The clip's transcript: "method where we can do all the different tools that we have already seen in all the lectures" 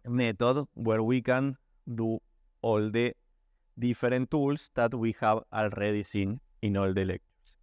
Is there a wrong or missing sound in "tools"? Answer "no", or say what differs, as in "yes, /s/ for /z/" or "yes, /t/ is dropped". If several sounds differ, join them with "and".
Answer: yes, /s/ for /z/